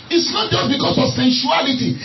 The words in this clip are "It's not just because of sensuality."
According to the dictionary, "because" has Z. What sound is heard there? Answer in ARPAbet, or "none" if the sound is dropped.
S